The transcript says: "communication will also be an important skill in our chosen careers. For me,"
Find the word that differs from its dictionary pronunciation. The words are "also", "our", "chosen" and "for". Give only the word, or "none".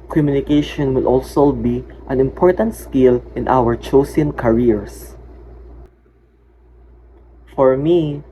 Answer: chosen